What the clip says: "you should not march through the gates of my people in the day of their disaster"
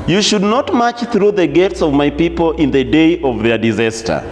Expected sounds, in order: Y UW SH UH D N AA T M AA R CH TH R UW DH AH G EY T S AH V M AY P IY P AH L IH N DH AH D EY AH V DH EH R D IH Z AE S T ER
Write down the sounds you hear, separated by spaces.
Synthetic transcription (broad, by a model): Y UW SH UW D N AA T M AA CH TH R UW DH AH G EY T S AH V M AY P IY P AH L IH N DH AH D EY AH V DH EH R D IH Z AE S T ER